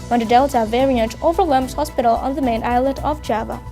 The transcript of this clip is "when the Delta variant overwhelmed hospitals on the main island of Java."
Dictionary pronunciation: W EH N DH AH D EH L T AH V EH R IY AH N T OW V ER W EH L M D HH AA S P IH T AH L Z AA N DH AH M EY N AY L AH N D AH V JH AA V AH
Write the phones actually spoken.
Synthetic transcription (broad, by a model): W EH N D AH D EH L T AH V EH R IY AH N T OW V ER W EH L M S HH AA S P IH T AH L AA N DH AH M EY N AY L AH D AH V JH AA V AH